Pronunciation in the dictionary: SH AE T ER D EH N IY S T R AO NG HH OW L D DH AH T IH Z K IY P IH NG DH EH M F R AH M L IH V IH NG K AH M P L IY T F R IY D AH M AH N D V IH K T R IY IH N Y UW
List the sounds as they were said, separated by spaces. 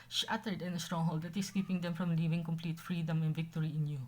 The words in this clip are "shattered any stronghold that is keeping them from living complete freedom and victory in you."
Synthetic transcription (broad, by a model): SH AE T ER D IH N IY S T R AO NG HH OW L D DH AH T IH S K IY P IH NG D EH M F R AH M L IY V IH NG K AH M P L IY T F R IY D AH M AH N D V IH K T R IY IH N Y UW